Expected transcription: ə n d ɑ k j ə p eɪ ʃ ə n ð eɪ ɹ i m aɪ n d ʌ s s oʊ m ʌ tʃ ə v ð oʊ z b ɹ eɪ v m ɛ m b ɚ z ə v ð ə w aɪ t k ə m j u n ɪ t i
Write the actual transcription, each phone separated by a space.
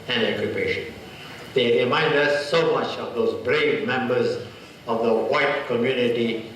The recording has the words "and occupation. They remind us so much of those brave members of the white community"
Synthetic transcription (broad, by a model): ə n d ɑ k j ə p eɪ ʃ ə n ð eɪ ɹ i m aɪ n d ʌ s s oʊ m ʌ tʃ ə v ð oʊ z b ɹ eɪ v m ɛ m b ɚ z ə v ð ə w aɪ t k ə m j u n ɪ t i